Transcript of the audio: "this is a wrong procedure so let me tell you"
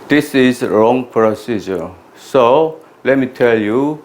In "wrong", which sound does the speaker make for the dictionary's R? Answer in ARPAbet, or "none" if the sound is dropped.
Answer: R